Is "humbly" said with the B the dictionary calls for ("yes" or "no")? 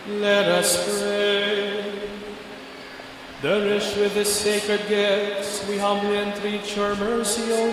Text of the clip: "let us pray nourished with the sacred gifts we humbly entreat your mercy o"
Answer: yes